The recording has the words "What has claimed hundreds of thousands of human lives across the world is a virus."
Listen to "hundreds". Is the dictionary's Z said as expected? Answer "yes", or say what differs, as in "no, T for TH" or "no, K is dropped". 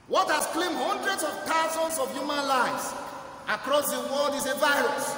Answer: no, S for Z